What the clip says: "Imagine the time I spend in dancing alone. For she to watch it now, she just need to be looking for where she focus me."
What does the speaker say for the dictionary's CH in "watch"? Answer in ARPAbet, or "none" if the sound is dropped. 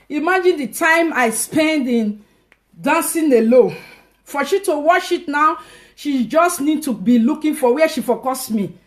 SH